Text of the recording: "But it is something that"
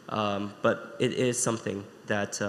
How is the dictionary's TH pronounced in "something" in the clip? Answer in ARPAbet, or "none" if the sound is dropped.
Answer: TH